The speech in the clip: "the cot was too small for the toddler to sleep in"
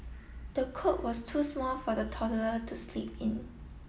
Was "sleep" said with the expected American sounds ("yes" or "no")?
yes